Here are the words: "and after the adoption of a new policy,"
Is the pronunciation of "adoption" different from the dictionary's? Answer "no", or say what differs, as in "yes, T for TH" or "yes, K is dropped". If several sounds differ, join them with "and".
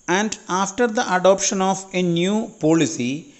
no